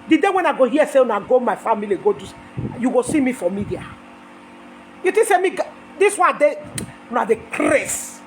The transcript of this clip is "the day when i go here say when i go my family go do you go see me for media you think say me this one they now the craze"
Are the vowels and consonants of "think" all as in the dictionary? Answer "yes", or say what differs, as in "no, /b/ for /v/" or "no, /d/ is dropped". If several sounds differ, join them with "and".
no, /t/ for /θ/